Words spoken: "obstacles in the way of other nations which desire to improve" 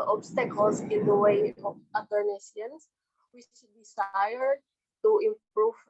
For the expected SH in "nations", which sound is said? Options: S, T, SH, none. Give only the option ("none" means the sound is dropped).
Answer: S